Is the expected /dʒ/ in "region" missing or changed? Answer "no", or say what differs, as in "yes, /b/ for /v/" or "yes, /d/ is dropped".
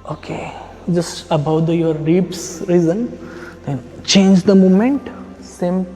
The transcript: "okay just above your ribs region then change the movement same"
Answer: yes, /z/ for /dʒ/